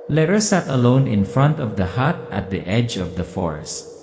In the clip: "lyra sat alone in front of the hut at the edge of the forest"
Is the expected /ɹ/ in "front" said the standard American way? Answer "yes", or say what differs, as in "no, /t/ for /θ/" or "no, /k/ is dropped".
yes